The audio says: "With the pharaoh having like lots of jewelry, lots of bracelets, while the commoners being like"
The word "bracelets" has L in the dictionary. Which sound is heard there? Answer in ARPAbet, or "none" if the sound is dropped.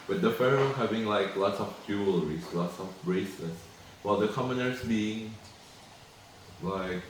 none